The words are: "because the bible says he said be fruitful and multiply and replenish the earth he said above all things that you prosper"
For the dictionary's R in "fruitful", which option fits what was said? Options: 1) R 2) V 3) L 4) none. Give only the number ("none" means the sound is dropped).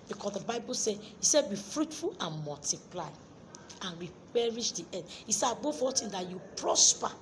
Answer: 1